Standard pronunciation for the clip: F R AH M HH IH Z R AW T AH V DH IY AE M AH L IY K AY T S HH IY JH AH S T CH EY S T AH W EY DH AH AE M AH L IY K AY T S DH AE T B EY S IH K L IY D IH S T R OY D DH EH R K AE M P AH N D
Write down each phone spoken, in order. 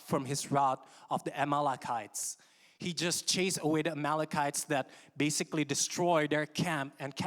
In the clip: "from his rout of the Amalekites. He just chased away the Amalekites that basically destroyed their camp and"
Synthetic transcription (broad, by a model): F R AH M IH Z R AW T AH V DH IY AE M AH L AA K AY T S HH IY JH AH S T CH EY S AH W EY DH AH M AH L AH K AY T S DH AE T B EY S IH K L IY D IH S T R OY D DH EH R K AE M P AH N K